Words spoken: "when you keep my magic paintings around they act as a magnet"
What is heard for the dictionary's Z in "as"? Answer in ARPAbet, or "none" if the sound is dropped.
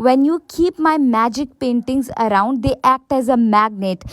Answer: Z